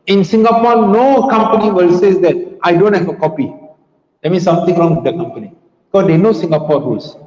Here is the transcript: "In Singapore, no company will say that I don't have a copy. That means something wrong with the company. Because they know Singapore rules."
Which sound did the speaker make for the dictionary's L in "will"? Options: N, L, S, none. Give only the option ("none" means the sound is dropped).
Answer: L